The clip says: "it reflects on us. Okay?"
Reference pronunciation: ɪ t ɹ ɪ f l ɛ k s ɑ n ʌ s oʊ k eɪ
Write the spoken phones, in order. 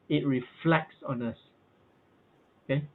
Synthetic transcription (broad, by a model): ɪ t ɹ ɪ f l ɛ k s ɑ n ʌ s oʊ k eɪ